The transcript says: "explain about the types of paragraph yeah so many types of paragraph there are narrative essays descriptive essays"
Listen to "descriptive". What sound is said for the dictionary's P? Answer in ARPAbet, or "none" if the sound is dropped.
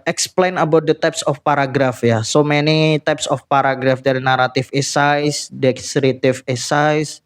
none